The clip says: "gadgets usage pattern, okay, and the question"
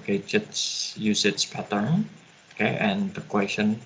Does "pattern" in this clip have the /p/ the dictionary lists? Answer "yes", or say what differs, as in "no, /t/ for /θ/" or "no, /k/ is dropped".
yes